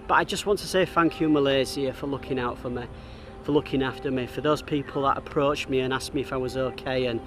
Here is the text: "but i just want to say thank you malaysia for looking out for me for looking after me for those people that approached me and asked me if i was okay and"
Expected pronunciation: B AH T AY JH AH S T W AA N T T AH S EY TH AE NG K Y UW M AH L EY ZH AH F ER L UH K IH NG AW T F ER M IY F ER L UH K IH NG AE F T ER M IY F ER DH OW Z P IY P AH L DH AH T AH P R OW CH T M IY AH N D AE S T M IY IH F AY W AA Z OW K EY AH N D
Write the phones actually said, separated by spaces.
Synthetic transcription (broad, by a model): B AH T AY JH AH S T W AA N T T AH S EY TH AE NG K Y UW M AH L EY Z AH F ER L UH K IH NG AW T F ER M IY F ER L UH K IH NG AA F T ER M IY F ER DH OW Z P IY P AH L DH AH T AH P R OW CH M IY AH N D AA S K M IY IH F AY W AA Z OW K EY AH N